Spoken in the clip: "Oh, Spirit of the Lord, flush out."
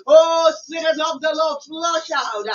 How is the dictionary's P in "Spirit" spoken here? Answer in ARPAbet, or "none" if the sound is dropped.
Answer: none